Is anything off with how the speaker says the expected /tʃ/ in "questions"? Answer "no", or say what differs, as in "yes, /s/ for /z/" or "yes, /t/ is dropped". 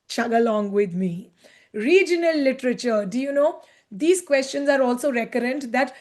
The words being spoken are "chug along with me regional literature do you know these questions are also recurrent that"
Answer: no